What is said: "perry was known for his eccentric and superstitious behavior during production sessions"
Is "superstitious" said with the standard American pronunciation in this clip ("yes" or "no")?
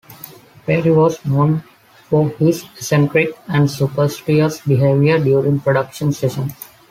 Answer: no